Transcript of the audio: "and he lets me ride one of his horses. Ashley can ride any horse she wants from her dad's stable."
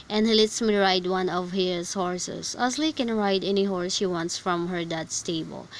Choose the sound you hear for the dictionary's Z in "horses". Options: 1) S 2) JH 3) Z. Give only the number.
1